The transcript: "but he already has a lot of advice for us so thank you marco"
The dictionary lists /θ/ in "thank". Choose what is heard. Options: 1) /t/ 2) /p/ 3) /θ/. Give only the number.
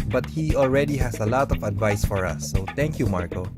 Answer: 1